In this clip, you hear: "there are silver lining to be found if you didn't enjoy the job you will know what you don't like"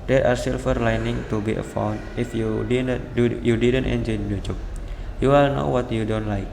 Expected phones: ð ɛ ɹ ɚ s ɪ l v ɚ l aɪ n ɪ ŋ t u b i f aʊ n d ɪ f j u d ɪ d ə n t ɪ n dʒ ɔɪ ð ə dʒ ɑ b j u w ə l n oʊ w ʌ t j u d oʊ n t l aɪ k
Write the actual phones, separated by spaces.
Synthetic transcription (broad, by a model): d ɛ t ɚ s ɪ l f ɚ l aɪ n ɪ ŋ t u b i f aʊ n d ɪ f j u d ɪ d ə n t ɪ n dʒ ɔɪ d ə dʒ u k j u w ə l n oʊ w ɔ t j u d oʊ n t l aɪ k